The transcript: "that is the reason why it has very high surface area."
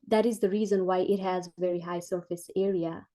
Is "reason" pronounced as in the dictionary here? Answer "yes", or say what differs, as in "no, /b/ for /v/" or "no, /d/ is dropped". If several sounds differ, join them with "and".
yes